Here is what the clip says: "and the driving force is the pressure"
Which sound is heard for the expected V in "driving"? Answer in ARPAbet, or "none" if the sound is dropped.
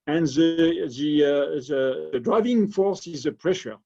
V